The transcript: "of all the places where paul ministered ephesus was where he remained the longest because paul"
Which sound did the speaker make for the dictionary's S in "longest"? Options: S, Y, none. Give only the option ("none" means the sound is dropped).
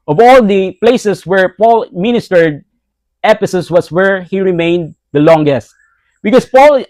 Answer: S